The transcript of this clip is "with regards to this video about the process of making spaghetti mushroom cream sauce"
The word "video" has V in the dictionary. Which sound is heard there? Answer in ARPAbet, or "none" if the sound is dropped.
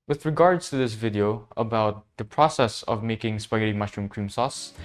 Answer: V